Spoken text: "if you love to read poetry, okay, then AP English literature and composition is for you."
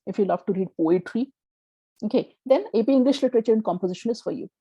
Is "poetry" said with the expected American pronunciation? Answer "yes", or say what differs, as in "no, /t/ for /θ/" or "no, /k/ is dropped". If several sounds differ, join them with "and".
yes